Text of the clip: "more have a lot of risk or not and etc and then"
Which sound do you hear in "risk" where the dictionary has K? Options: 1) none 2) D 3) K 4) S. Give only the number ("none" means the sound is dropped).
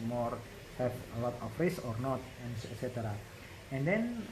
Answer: 1